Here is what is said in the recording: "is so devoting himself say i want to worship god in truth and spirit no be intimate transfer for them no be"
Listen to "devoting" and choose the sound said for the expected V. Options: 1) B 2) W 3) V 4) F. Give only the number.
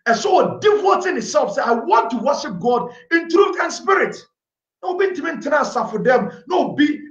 2